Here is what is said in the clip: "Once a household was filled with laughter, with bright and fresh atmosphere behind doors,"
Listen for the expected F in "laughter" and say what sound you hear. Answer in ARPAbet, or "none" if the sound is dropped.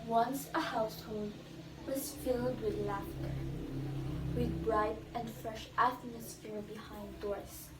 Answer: F